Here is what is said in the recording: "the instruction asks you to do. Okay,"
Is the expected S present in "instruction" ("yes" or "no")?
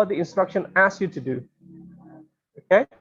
yes